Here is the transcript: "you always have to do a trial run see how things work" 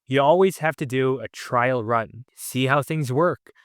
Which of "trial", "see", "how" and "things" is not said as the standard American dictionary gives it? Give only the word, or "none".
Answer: none